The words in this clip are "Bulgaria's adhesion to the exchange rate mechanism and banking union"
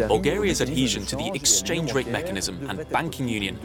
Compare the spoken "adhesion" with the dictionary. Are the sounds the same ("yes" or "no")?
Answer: yes